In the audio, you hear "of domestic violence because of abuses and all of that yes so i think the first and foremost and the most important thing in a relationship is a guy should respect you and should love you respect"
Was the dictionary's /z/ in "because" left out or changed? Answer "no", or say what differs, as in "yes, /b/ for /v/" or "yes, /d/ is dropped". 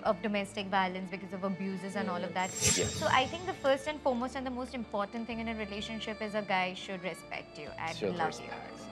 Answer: no